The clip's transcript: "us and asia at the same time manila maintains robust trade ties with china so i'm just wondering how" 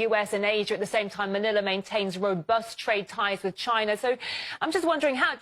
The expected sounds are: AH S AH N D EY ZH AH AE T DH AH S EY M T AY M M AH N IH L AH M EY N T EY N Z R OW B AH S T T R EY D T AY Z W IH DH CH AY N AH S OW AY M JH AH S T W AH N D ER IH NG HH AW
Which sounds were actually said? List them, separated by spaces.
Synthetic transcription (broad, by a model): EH S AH N EY ZH AH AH T DH AH S EY M T AY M M AH N IH L AH M EY N T EY N Z R OW B AH S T T R EY D T AY Z W IH DH CH AY N AH S OW AY M JH AH S T W AH N D ER IH NG HH AW